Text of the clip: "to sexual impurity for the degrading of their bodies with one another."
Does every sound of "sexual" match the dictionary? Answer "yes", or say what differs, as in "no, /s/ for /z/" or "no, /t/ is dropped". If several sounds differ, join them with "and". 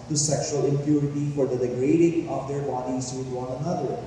yes